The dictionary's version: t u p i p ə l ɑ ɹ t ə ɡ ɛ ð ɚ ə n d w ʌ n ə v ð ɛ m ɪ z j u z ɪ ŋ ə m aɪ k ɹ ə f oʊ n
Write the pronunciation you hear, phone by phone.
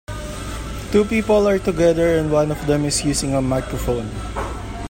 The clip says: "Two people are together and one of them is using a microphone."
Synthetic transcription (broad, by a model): t u p i p ə l ɑ ɹ t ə ɡ ɛ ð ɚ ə n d w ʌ n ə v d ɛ m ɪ s j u s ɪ ŋ ə m aɪ k ɹ ə f oʊ n